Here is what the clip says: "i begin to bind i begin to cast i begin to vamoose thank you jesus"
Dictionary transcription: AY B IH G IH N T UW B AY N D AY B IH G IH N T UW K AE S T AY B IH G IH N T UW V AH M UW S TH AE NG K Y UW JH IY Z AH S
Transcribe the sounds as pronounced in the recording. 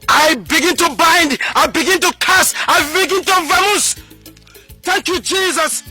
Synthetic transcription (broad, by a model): AY B IH G IH N T UW B AY N D AY B IH G IH N T UW K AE S AY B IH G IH N T UW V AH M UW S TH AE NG K Y UW JH IY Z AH S